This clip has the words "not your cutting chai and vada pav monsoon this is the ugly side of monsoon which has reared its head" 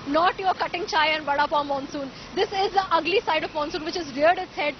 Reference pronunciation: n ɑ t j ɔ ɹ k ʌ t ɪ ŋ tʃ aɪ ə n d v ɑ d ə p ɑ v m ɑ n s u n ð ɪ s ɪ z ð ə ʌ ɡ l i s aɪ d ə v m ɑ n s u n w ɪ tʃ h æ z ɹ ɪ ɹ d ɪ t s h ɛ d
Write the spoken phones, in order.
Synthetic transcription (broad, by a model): n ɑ t j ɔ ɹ k ʌ t ɪ ŋ tʃ aɪ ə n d b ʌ d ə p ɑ m ɑ n s u n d ɪ s ɪ z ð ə ʌ ɡ l i s aɪ d ə v m ɑ n s u n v ɪ tʃ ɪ z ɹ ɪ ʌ d ɪ t s h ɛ d